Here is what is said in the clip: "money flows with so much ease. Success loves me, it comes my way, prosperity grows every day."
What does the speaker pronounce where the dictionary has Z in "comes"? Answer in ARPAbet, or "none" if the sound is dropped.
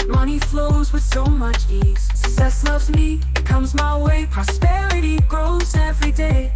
Z